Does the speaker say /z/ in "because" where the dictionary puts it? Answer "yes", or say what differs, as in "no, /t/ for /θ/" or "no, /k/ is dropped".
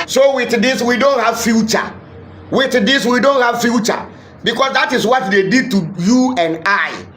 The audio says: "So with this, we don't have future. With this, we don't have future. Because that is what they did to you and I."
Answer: no, /s/ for /z/